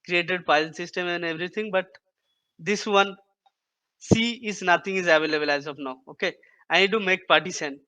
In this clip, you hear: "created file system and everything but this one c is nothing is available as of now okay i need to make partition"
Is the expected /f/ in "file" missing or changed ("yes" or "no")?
yes